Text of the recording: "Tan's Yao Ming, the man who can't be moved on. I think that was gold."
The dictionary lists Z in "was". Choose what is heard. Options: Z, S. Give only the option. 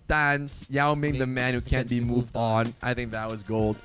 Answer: Z